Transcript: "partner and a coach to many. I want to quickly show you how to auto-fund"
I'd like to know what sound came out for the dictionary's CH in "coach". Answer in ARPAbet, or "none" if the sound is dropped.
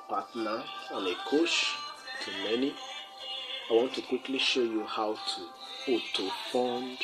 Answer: SH